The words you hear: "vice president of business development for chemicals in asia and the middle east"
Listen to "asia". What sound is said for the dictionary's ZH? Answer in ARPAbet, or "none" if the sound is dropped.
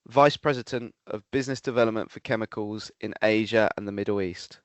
ZH